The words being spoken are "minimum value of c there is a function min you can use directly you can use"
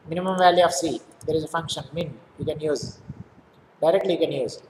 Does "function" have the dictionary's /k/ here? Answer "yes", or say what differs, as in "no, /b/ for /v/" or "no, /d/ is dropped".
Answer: yes